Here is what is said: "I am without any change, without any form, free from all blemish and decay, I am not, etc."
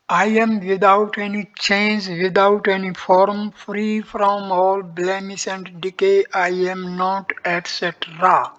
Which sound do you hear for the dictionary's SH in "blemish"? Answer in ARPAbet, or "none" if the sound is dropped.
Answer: S